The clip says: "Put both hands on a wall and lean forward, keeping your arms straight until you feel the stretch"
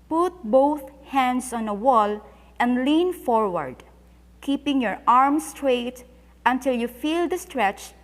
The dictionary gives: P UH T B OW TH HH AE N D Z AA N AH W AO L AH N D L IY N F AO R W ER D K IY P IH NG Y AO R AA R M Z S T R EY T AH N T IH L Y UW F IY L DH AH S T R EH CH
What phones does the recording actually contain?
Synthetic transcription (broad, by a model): P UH T B OW TH HH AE N D S AA N AH W AO L AH N D L IY N F AO R W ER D K IY P IH NG Y AO R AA R M S T R EY T AH N T IH L Y UW F IY L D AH S T R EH CH